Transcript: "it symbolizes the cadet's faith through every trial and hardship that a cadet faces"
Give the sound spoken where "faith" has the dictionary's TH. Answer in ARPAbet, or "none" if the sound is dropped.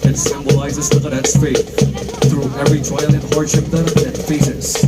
T